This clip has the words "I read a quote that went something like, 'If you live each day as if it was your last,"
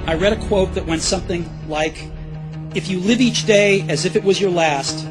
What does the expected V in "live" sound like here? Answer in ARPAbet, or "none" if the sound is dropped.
V